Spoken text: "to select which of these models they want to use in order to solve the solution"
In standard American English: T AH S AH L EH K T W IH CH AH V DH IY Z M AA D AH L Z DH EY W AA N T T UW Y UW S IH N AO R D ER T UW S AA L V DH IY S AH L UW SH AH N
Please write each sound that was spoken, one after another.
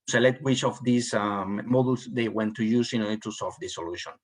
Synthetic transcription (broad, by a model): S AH L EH T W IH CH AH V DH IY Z M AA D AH L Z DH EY W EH N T T UW Y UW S IH N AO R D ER T UW S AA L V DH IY S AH L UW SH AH N